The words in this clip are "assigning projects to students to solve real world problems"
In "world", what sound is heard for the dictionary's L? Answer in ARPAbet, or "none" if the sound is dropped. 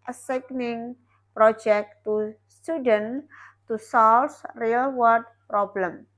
none